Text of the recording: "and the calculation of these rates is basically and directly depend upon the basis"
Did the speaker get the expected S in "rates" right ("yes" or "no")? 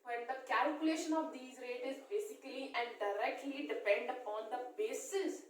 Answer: no